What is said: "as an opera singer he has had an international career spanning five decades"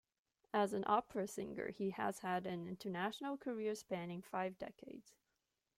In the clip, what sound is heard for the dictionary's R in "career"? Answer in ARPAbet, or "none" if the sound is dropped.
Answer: R